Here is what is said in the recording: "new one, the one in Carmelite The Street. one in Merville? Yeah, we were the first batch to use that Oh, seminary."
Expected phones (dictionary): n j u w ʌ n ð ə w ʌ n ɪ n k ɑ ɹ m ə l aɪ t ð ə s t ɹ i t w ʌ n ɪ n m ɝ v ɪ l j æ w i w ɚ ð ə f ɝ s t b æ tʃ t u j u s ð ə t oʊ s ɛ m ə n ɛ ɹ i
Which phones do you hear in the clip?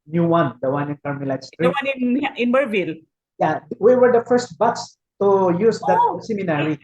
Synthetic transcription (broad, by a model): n j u w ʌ n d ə w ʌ n ɪ n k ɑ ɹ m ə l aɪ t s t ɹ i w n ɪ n ɪ n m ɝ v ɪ l j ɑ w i w ɚ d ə f ɝ s t b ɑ s t u j u s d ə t s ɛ m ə n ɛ ɹ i